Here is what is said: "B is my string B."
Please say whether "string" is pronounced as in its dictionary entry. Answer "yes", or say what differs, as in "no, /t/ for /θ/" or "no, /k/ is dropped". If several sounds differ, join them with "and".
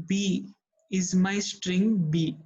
yes